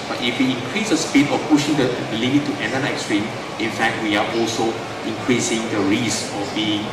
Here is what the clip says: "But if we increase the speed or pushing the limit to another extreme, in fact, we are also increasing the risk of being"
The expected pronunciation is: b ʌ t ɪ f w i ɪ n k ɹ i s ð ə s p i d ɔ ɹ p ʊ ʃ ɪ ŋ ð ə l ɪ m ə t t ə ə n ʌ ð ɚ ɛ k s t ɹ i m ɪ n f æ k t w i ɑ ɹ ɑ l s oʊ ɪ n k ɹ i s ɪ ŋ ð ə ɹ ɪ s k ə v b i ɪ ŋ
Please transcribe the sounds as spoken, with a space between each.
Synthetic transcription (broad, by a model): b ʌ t ɪ f w i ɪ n k ɹ i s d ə s p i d ɔ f p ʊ ʃ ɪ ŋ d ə l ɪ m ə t t ə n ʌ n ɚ ɛ k s t ɹ i m ɪ n f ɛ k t w i ɑ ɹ ɑ l s oʊ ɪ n k ɹ i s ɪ ŋ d ə ɹ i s ə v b i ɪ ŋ